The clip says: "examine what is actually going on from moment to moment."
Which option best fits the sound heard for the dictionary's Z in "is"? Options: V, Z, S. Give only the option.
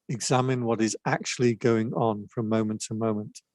Z